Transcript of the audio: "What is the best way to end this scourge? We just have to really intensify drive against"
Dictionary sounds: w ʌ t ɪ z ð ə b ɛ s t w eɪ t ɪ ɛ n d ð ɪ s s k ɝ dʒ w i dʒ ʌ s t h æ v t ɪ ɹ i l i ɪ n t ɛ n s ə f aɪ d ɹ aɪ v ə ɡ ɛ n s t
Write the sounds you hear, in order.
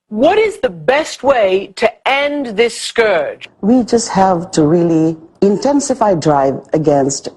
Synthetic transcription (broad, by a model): w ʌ t ɪ z ð ə b ɛ s t w eɪ t ɪ ɛ n ð ɪ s s k ɝ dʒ w i dʒ ʌ s t h æ v t ɪ ɹ i l i ɪ n t ɛ n s ə f aɪ d ɹ aɪ v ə ɡ ɛ n s t